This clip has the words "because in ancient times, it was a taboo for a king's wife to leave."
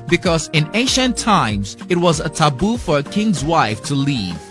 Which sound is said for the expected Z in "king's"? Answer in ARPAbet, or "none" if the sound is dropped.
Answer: Z